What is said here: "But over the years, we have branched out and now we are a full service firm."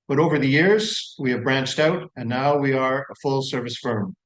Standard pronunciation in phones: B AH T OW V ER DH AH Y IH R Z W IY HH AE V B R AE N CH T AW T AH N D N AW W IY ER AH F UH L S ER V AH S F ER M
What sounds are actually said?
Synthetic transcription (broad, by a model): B AH T OW V ER DH AH Y IH R Z W IY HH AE V B R AE N CH T AW T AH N N AW W IY ER AH F UH L S ER V AH S F ER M